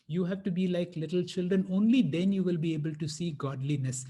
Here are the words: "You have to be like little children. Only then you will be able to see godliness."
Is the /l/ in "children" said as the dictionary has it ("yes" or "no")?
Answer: yes